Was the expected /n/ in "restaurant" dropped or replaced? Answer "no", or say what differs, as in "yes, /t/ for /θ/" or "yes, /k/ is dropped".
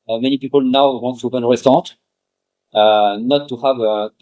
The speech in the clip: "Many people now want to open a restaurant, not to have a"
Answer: yes, /n/ is dropped